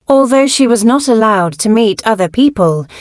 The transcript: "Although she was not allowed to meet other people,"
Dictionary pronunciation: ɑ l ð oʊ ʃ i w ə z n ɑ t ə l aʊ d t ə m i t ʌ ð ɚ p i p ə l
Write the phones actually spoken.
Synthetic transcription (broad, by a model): ɑ l ð oʊ ʃ i w ə z n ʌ t ə l aʊ d t ə m i t ʌ ð ɚ p i p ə l